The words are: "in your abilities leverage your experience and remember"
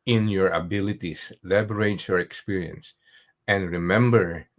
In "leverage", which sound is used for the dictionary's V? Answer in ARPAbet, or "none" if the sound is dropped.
B